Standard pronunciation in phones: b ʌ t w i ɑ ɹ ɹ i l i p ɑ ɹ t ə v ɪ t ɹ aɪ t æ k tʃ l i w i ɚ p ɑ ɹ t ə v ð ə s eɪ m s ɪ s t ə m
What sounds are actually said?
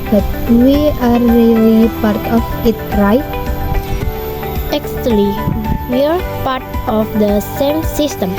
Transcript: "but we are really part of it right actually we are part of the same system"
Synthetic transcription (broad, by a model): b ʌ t w i ɑ ɹ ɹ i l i p ɑ ɹ t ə f ɪ t ɹ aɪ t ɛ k s l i w i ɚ p ɑ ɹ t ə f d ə s eɪ m s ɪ s t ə m